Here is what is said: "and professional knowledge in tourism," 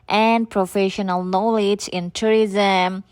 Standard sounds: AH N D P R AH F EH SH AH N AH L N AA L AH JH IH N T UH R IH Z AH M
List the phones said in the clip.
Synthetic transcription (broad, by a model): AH N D P R AH F EH SH AH N AH L N AA L AH JH IH N T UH R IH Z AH M